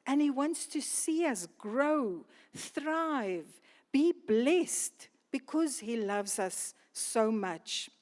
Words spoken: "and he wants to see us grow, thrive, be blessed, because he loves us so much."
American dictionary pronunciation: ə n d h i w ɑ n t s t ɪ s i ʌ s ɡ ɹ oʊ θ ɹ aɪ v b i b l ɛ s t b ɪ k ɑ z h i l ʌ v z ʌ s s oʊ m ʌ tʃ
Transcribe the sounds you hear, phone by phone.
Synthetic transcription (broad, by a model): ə n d h i w ɑ n t s t ɪ s i ʌ s ɡ ɹ oʊ θ ɹ aɪ v b i b l ɛ s t b ɪ k ɑ z h i l ʌ v z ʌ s s oʊ m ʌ tʃ